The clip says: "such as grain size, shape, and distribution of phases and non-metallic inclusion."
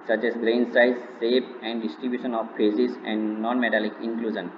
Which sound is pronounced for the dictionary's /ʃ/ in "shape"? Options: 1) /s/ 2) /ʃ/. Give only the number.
1